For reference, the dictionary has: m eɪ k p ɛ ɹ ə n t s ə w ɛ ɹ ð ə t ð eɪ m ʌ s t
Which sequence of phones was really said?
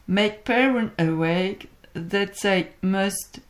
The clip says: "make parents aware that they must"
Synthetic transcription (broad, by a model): m eɪ k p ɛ ɹ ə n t ə w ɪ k ð ə t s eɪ m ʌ s t